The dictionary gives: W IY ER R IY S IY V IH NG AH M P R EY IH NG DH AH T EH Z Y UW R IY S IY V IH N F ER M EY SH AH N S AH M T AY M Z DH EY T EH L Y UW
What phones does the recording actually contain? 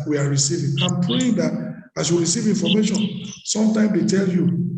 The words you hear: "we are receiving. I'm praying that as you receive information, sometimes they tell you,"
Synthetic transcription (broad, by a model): W IY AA R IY S IY V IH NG AH M P R EY IH NG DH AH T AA S Y UW R IY S IY V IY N F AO M EY SH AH N S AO M T AY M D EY T EH L Y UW